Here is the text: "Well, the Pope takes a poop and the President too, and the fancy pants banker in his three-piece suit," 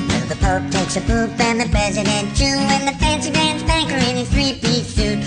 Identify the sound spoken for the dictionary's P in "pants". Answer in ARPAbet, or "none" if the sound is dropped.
B